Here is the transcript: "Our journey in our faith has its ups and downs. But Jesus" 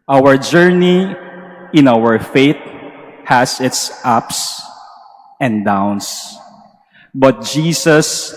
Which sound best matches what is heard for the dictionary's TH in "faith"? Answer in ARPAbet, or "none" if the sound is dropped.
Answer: T